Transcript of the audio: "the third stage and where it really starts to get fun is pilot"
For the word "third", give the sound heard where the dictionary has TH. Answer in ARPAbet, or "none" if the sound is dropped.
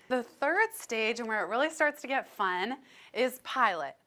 TH